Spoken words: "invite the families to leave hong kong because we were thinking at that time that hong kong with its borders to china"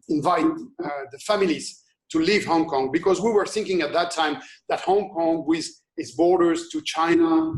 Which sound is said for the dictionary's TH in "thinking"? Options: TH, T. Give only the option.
TH